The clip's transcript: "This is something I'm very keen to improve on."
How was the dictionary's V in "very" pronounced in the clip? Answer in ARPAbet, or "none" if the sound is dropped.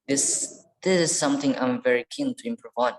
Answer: V